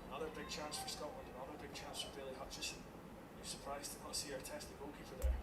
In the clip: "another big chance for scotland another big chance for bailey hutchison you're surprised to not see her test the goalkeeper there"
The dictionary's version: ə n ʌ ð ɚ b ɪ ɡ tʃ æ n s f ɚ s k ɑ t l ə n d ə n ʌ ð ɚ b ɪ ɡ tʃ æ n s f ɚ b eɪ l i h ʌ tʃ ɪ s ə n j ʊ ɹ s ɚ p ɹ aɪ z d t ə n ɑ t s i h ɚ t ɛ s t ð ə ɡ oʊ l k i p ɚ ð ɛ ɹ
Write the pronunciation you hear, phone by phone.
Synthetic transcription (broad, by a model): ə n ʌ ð ɚ b ɪ ɡ tʃ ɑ n s f ɚ s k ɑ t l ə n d ə n ʌ ð ɚ b ɪ ɡ tʃ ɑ n s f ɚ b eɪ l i h ʌ tʃ ɪ s ə n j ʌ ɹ s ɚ p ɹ aɪ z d t ə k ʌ s i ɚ t ɛ s t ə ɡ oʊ k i f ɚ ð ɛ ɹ